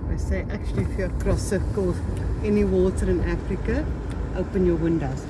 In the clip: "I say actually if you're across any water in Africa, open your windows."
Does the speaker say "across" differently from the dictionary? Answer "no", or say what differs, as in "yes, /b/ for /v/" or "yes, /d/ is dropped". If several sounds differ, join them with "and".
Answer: yes, /ɹ/ is dropped